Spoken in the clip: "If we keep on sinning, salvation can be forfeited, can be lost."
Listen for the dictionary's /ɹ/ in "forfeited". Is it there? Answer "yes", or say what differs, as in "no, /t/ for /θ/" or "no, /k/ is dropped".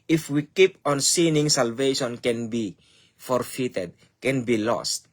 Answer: yes